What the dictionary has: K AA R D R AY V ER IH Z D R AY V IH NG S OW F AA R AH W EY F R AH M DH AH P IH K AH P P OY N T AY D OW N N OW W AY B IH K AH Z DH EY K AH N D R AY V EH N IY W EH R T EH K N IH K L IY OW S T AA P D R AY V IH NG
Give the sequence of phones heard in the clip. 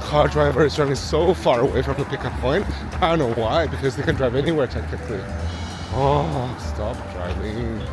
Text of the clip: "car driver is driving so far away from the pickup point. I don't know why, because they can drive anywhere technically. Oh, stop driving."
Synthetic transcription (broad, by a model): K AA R D R AY V ER IH Z D R AY V IH NG S OW F AA R AH W EY F R AH M DH AH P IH K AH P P OY N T AY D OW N N OW W AY B IH K AH Z DH EY K AH N D R AY V EH N IY W EH R T EH K N IH K L IY OW S T AA P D R AY V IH NG